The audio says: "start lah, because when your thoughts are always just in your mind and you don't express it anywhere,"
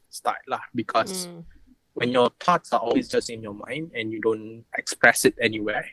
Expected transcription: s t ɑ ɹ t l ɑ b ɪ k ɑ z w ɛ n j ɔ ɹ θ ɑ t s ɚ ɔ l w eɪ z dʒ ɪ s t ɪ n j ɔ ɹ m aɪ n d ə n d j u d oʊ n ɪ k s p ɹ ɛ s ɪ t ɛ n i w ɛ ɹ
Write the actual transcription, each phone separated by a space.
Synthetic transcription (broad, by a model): s t ɑ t l ɑ b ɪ k ɑ s w ɛ n j ɔ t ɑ t s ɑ ɔ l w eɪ s dʒ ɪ s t ɪ n j ɔ m aɪ n d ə n j u d oʊ n ɪ k s p ɹ ɛ s ɪ t ɛ n i w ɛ